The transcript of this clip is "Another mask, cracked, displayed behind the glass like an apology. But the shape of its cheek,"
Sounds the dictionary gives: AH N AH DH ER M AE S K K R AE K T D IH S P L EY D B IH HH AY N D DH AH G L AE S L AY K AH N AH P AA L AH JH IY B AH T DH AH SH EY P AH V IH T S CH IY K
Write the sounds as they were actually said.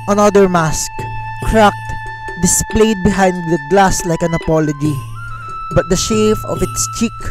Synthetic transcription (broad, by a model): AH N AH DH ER M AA S K K R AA K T D IH S P L EY D B IH HH AY N D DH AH G L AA S L AY K AH N AH P AA L AH JH IY B AH T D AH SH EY F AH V IH T S CH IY K